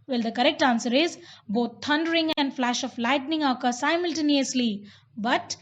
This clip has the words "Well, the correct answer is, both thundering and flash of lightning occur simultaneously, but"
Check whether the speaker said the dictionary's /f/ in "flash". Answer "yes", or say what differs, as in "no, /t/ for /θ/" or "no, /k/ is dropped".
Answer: yes